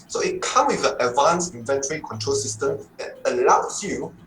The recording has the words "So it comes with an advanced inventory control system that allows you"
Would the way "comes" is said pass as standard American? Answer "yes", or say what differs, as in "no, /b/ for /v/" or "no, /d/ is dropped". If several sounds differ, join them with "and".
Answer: no, /z/ is dropped